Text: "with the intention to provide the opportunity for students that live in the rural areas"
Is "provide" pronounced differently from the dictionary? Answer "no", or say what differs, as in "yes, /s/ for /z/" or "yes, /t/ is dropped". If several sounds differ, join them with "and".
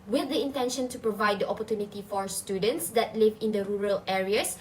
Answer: no